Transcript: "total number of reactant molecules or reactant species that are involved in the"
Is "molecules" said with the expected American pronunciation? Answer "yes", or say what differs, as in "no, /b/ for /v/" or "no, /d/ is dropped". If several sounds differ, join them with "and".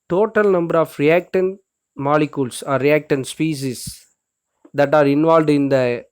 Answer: no, /s/ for /z/